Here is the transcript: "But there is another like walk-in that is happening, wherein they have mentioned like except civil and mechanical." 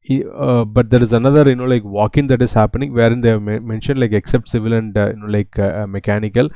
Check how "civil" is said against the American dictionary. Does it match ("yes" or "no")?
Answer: yes